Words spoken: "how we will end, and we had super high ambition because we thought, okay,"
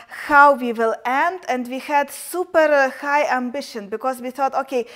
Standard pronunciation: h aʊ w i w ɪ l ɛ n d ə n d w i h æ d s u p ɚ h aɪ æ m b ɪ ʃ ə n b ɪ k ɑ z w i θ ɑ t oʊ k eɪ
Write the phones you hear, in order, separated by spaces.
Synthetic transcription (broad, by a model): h aʊ w i w ɪ l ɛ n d ə n d w i h æ d s u p ɚ h aɪ æ m b ɪ ʃ ə n b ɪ k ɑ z w i θ ɑ t oʊ k eɪ